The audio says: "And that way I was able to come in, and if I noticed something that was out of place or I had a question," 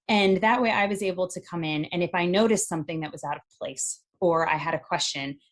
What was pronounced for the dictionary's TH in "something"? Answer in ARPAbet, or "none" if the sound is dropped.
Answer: TH